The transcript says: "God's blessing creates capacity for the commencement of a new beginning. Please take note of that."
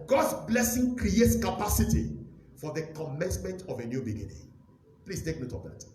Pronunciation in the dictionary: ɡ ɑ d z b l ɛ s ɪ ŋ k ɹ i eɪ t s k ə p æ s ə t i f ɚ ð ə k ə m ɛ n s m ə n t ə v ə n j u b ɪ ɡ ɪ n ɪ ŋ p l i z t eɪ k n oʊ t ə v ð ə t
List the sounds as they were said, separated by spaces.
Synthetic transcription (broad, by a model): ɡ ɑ d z b l ɛ s ɪ ŋ k ɹ i eɪ t s k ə p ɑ s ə t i f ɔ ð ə k ə m ɛ n s m ə n t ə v ə n j u b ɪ ɡ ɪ n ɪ ŋ p l i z t eɪ k n oʊ t ə v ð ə t